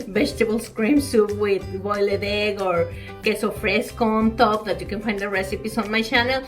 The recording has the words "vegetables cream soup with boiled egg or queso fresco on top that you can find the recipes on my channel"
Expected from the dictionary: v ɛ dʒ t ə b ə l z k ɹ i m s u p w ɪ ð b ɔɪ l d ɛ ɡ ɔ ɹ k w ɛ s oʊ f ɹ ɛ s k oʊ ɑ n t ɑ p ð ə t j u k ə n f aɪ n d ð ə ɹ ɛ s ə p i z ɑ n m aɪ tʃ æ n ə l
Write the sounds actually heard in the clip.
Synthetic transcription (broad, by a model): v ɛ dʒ t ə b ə l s k ɹ i m s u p w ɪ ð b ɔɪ l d ɛ ɡ ɔ ɹ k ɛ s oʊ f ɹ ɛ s k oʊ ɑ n t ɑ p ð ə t j u k ə n f aɪ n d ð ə ɹ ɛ s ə p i s ɑ n m aɪ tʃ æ n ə l